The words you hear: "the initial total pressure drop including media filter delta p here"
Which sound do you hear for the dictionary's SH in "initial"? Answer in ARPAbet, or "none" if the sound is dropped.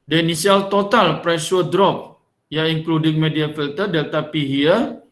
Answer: S